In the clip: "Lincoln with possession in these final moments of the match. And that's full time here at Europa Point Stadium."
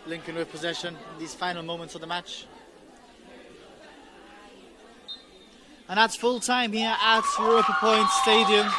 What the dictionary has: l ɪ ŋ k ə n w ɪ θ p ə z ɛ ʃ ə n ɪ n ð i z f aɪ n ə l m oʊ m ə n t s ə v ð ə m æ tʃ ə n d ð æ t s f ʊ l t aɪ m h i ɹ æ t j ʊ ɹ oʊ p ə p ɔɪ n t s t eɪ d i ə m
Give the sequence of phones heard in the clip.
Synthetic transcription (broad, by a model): l ɪ ŋ k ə n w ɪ p ə z ɛ ʃ ə n ɪ n ð i z f aɪ n ə l m oʊ m ə n t s ə v ð ə m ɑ tʃ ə n ð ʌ t s f ʊ l t aɪ m h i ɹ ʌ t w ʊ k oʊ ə p ɔɪ n t s t eɪ d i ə m